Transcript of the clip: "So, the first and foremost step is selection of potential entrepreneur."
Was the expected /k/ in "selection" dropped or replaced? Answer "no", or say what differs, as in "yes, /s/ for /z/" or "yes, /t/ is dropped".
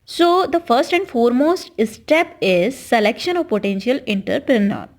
no